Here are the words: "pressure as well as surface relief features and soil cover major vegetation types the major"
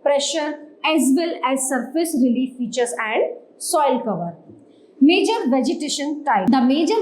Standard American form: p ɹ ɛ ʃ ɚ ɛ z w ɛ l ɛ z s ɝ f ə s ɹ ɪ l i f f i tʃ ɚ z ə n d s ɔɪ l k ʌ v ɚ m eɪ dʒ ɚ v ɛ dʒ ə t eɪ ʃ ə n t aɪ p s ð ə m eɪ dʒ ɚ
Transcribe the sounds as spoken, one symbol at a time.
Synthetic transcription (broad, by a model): p ɹ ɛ ʃ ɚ ɛ z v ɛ l ɛ z s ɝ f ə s ɹ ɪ l i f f i tʃ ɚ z ə n d s ɔɪ l k ʌ v ɚ m eɪ dʒ ɚ v ɛ dʒ ə t eɪ ʃ ə n t aɪ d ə m eɪ dʒ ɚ